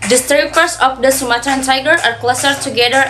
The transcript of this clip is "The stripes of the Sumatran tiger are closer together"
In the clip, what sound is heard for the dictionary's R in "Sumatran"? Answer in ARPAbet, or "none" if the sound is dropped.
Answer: none